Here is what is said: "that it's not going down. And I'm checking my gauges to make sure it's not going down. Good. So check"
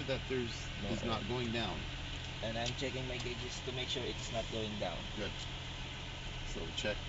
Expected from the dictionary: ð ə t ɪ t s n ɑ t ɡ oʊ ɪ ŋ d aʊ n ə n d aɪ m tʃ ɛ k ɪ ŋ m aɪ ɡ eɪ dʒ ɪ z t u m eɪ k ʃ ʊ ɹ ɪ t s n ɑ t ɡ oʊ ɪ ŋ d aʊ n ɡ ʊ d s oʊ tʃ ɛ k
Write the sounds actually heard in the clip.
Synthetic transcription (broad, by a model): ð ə t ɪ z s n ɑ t ɡ oʊ ɪ ŋ d aʊ n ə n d aɪ m tʃ ɛ k ɪ ŋ m aɪ ɡ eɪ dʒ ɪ s t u m eɪ k ʃ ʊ ɹ ɪ t s n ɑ t ɡ oʊ ɪ ŋ d aʊ n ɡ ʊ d s oʊ tʃ ɛ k